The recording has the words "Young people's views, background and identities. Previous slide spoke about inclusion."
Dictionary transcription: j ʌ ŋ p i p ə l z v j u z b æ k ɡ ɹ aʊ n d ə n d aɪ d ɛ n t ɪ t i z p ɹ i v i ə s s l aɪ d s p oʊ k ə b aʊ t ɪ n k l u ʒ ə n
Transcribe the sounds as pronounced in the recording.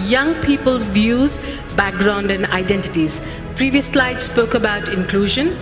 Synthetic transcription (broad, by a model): j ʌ ŋ p i p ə l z v j u z b æ k ɡ ɹ aʊ n d ə n d aɪ d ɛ n t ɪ t i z p ɹ i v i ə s s l aɪ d s p oʊ k ə b aʊ t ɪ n k l u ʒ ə n